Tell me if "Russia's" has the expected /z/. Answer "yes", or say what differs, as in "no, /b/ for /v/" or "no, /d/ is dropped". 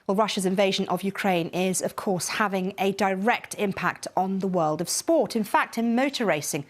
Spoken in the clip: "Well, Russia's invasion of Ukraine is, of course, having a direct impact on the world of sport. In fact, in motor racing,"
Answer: yes